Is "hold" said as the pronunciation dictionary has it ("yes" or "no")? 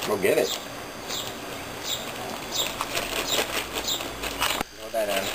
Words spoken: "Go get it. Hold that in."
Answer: no